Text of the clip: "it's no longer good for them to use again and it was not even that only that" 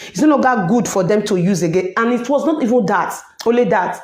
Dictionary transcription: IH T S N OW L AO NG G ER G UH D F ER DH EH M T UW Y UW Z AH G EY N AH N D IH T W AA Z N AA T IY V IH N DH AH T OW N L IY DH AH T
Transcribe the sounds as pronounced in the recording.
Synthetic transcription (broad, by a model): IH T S N OW N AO G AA G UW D F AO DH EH M T UW Y UW Z AH G EY N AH N IH T W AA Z N AA T IY V IH N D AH T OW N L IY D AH T